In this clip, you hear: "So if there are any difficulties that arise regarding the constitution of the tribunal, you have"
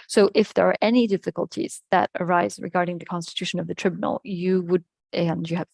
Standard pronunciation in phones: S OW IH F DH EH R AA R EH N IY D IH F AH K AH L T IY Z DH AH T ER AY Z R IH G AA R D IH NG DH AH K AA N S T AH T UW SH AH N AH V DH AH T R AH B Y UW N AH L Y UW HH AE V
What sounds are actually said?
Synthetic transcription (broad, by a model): S OW IH F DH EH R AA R EH N IY D IH F AH K AH L T IY Z DH AH T ER AY Z R IH G AA R D IH NG DH AH K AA N S T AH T UW SH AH N AH V DH AH T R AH B Y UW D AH N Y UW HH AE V